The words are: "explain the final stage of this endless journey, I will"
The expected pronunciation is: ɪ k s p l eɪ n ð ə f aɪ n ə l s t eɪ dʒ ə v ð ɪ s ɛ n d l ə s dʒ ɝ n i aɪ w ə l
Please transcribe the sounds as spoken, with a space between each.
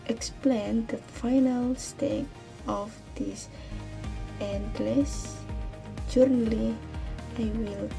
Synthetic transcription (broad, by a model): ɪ k s p l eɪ n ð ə f aɪ n ə l s t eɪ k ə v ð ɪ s ɛ n d l ə s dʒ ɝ n i aɪ w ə l